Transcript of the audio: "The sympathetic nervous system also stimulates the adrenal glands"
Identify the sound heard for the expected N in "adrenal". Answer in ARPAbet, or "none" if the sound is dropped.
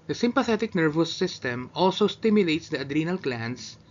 N